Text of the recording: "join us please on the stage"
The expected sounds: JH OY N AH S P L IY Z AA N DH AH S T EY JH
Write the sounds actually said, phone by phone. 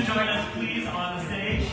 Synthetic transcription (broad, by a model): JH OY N AH S P L IY Z N DH AH S T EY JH